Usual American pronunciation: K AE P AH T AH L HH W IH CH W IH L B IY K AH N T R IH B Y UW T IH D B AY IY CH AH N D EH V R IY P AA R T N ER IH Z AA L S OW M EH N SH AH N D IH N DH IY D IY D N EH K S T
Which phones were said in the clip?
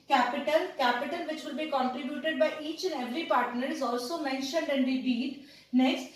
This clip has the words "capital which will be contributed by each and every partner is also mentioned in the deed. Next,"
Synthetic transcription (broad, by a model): K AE P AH T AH L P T IH CH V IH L B IY K AH N T R IH B Y UW T IH D B AY IY CH AH N D EH V R IY P AA R T N ER IH Z AA L S OW M EH N SH AH N D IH N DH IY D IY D N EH K S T